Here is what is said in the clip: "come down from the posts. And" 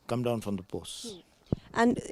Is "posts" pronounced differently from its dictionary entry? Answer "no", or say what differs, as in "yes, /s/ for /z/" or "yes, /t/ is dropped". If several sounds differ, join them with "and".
yes, /b/ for /p/ and /s/ is dropped